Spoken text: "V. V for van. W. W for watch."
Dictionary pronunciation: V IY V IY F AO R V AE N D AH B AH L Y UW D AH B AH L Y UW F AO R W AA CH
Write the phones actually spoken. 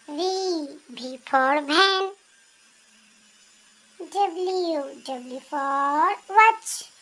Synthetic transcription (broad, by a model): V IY B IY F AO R B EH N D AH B L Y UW D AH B L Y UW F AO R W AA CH